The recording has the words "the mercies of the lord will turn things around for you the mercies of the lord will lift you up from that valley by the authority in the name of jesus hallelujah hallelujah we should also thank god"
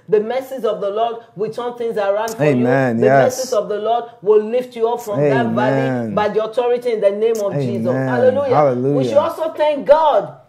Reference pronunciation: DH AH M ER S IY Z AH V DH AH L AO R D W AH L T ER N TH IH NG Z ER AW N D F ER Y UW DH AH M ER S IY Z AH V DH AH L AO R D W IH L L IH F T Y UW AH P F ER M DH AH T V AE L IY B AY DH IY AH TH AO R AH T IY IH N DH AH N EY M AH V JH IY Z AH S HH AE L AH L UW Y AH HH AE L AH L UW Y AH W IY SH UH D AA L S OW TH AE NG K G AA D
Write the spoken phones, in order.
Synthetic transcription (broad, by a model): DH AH M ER S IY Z AH V DH AH L AO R D W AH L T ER N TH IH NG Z ER AW N D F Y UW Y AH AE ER S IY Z AH V DH AH L AO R D W IH L L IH F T Y UW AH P F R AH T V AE IY B AY DH IY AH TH AO R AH T IY IH N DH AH N EY M AH V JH IY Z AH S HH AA L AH L UW Y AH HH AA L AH L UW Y W IY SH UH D AA L S OW TH AE NG K G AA D